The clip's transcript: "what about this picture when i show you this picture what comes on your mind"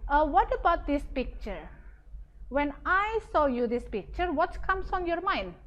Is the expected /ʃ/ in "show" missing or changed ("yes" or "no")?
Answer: yes